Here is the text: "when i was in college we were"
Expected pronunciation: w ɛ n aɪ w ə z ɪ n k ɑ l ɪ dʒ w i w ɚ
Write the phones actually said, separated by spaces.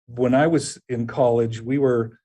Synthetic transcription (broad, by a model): w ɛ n aɪ w ə z ɪ n k ɑ l ɪ dʒ w i w ɚ